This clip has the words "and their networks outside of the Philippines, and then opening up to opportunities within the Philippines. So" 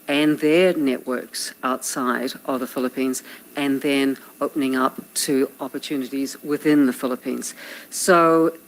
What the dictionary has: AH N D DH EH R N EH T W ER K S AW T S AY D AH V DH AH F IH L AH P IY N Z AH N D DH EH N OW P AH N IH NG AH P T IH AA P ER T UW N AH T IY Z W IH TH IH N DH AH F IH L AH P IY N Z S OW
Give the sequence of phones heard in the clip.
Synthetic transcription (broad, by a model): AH N DH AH R N EH T W ER K S AW T S AY D AH V DH AH F IH L AH P IY N Z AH N DH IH N OW P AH N IH NG AH P T IH AA P ER T UW N AH T IY Z W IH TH IH N DH AH F IH L AH P IY N Z S OW